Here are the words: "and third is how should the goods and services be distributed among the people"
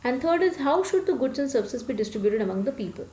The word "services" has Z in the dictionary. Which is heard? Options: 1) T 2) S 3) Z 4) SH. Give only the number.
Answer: 2